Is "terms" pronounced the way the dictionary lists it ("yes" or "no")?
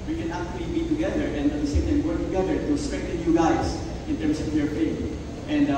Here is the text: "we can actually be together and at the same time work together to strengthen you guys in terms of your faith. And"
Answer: no